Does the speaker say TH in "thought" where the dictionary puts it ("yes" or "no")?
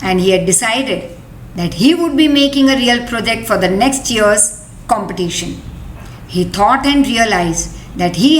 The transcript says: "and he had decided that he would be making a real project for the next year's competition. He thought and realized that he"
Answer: no